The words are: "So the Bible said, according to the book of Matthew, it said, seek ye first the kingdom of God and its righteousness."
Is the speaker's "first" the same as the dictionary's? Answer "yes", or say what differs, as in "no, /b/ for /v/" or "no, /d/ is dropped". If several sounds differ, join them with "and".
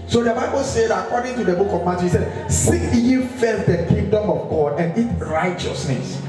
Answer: no, /s/ is dropped